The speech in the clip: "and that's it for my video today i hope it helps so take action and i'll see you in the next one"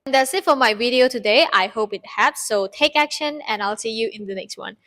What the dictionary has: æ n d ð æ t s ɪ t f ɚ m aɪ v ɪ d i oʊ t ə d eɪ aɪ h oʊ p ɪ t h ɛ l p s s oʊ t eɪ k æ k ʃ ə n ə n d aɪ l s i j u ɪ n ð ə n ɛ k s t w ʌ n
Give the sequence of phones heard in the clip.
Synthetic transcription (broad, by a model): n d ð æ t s ɪ t f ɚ m aɪ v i d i oʊ t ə d eɪ aɪ h oʊ p ɪ t h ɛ p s s oʊ t eɪ k æ k ʃ ə n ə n aɪ l s i j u ɪ n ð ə n ɛ k s t w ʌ n